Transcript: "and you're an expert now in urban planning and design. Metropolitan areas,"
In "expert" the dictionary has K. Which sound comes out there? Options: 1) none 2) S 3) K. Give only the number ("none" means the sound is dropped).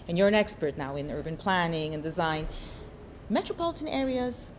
3